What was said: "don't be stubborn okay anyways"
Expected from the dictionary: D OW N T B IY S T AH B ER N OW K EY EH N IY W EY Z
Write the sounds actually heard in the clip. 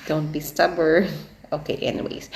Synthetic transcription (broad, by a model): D OW N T B IY S T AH B ER OW K EY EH N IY W EY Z